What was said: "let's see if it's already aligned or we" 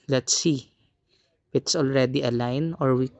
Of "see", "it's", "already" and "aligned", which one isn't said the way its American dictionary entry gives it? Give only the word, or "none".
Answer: aligned